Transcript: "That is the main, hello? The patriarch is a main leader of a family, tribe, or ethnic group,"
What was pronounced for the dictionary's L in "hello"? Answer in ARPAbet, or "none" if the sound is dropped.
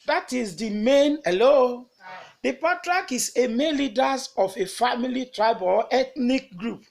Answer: L